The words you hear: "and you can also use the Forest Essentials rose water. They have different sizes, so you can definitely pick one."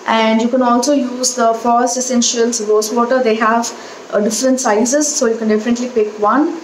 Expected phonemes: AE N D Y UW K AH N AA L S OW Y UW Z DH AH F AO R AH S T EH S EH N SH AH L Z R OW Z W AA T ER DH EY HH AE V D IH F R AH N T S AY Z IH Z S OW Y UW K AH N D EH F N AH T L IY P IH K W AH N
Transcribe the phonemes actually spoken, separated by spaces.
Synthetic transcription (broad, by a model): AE N D Y UW K AH N AA L S OW Y UW Z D AH F AO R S EH S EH N SH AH L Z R OW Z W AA T ER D EY HH AE V D IH F R AH N T S AY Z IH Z S OW Y UW K AH N D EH F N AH T L IY P IH K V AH N